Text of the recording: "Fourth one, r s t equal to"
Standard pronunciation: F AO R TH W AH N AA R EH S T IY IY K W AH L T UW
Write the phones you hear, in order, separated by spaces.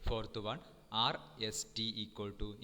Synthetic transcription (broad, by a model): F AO R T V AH N AA R EH S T IY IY K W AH L T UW